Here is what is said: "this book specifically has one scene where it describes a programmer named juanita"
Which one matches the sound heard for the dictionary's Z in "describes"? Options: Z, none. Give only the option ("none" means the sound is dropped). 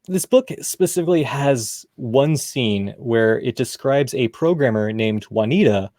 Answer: Z